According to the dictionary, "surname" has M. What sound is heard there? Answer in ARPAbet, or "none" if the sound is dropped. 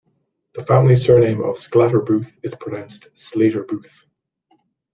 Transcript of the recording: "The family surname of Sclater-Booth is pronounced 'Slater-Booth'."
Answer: M